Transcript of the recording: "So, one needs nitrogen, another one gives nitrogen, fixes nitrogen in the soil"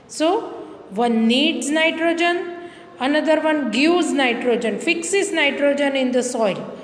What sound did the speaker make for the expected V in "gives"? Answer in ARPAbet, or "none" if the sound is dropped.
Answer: none